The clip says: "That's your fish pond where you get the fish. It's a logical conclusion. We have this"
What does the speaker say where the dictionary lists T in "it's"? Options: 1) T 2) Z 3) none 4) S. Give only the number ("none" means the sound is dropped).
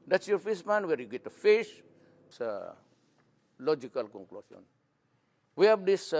4